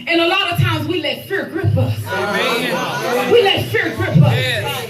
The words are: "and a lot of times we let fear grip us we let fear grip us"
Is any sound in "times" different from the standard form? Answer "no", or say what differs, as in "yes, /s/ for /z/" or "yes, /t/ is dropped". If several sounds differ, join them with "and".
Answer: no